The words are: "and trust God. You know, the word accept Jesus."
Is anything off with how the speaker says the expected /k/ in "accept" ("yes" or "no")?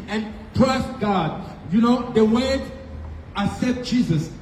yes